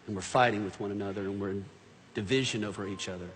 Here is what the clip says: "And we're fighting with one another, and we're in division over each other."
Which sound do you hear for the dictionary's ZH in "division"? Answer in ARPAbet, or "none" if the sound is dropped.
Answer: ZH